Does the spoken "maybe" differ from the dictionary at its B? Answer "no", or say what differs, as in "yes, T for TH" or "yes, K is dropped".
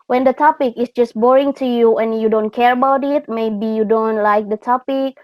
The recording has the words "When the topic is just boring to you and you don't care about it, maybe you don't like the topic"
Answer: no